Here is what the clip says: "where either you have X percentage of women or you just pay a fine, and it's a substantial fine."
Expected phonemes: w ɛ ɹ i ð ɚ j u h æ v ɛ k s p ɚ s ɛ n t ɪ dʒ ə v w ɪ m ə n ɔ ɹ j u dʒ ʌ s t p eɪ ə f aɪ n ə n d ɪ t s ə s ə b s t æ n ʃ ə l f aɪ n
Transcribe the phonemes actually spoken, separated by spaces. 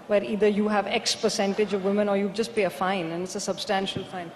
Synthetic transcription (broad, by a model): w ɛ ɹ i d ɚ j u h æ v ɛ k s p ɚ s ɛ n t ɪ dʒ ə v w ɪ m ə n ɔ ɹ j u dʒ ʌ s t p eɪ ə f aɪ n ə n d ɪ t s ə s ə b s t æ n ʃ ə l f aɪ n